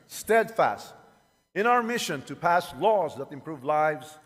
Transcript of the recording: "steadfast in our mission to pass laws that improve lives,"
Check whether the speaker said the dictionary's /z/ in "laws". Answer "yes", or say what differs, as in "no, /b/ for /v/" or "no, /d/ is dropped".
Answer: yes